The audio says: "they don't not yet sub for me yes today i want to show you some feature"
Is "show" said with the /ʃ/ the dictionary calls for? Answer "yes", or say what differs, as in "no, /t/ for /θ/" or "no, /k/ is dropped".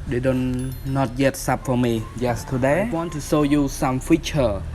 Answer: no, /s/ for /ʃ/